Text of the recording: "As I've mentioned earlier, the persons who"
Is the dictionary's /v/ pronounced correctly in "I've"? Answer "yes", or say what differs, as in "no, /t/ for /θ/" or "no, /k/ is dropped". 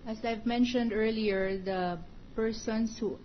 yes